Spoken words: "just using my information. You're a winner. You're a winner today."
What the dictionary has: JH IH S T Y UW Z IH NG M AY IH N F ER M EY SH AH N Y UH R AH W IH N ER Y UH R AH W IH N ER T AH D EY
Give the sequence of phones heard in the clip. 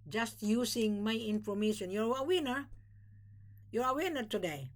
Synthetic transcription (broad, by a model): JH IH S T Y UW S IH NG M AY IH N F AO M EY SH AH N Y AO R AH W IH N ER Y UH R AH W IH N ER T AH D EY